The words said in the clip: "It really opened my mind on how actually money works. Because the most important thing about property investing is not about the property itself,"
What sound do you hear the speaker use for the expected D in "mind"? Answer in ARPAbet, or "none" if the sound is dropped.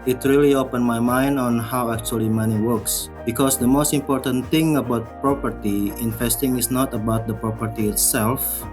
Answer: D